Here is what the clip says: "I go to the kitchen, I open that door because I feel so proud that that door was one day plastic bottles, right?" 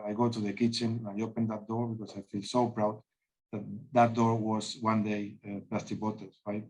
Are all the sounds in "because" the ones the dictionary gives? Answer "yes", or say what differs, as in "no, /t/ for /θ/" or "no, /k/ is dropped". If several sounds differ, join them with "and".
no, /s/ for /z/